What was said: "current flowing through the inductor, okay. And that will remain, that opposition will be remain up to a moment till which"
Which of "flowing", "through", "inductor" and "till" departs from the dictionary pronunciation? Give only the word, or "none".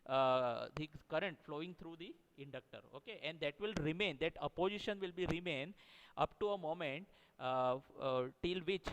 through